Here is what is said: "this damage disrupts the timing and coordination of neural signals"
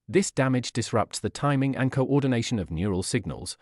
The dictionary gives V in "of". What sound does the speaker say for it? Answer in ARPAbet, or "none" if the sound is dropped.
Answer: V